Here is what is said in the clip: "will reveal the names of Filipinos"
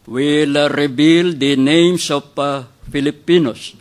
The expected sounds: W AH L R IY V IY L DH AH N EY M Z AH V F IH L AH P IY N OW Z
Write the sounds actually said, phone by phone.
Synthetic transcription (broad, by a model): W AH L R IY B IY L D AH N EY M S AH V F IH L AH P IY N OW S